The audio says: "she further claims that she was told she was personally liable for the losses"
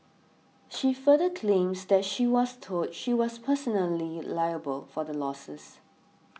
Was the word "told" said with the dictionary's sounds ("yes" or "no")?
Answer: no